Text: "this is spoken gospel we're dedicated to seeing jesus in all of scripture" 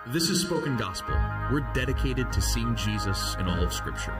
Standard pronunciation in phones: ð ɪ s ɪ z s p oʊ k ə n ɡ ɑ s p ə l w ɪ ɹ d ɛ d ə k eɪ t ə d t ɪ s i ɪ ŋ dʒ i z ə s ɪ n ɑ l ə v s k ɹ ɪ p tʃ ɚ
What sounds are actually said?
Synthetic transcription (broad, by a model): ð ɪ s ɪ z s p oʊ k ə n ɡ ɑ s p l w ɪ ɹ d ɛ d ə k eɪ t ə d t ɪ s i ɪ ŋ dʒ i z ə s ɪ n ɑ l ə v s k ɹ ɪ p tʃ ɚ